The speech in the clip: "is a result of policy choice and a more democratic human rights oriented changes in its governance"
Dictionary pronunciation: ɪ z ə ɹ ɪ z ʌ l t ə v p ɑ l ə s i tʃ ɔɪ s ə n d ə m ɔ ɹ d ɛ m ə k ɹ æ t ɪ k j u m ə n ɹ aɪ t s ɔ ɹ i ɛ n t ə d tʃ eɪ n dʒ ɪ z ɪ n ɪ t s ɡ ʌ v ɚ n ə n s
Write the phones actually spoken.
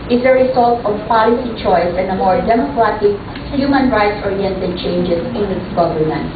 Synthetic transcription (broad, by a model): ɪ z ə ɹ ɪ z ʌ l t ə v p ɑ l ə s i tʃ ɔɪ s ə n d ə m ɔ ɹ d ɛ m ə k ɹ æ t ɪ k j u m ə n ɹ aɪ t s ɔ ɹ i ɛ n t ə d tʃ eɪ n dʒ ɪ s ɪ n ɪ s ɡ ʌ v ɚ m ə n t